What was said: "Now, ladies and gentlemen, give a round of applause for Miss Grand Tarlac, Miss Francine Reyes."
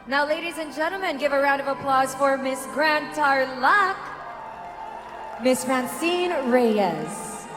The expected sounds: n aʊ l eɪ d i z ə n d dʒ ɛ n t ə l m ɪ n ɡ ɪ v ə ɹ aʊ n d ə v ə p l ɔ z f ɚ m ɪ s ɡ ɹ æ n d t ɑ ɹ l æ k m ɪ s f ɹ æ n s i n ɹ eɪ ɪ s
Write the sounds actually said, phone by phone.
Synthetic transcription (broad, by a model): n aʊ l eɪ d i z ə n dʒ ɛ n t l m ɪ n ɡ ɪ v ə ɹ aʊ n d ə v ə p l ɔ z f ɚ m ɪ s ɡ ɹ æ n t ɑ ɹ l æ k m ɪ s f ɹ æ n s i n ɹ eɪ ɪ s